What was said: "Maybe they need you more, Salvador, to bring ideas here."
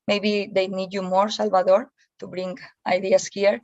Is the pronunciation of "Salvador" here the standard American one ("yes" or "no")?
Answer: no